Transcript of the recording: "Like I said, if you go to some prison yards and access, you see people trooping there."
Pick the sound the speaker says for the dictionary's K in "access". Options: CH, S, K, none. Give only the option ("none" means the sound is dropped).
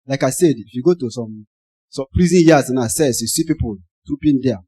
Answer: none